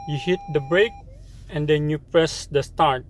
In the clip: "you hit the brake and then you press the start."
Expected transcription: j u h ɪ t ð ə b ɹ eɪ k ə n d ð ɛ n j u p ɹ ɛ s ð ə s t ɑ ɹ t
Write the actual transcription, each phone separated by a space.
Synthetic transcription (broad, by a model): j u h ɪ t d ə b ɹ eɪ k ə n d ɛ n j u p ɹ ɛ s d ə s t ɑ ɹ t